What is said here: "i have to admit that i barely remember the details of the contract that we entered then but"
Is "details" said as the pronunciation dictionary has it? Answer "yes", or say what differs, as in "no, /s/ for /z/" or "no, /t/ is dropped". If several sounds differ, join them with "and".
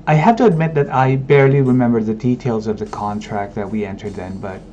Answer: yes